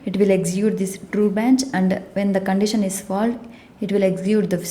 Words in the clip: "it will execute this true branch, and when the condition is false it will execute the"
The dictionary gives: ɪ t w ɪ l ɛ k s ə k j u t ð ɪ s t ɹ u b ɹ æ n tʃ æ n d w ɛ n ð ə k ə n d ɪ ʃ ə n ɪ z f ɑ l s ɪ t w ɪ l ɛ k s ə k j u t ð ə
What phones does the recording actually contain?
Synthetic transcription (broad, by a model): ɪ t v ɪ l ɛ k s j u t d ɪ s t ɹ u b æ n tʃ æ n d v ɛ n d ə k ə n d ɪ ʃ ə n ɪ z f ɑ l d ɪ t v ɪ l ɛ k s j u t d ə